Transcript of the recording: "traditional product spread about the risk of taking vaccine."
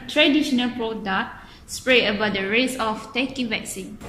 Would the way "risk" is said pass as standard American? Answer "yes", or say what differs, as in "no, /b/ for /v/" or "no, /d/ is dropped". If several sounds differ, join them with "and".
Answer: no, /k/ is dropped